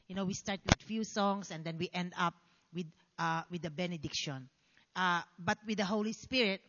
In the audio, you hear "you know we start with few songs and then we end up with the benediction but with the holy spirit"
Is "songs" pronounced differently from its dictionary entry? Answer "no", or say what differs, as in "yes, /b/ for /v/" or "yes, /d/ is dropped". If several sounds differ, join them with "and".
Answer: yes, /s/ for /z/